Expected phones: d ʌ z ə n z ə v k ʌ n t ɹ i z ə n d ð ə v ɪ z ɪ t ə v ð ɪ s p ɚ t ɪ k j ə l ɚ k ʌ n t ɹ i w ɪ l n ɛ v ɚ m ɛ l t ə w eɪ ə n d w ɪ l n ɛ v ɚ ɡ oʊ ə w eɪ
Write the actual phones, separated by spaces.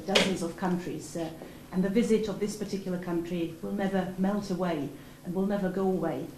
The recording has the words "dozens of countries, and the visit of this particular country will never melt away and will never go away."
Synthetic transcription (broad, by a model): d ʌ z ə n z ə v k ʌ n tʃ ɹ i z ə n ð ə v ɪ z ɪ t ə v ð ɪ s p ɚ t ɪ k j l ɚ k ʌ n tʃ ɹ i w ɪ l n ɛ v ɚ m ɛ l t ə w eɪ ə n w ɪ l n ɛ v ɚ ɡ oʊ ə w eɪ